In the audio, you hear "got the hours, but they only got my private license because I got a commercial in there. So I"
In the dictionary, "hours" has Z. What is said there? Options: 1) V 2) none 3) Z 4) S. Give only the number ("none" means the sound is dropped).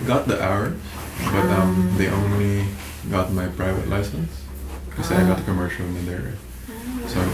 2